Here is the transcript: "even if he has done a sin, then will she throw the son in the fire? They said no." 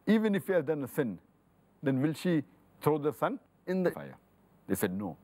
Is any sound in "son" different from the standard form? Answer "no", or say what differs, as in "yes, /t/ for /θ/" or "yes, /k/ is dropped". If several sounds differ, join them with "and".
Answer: no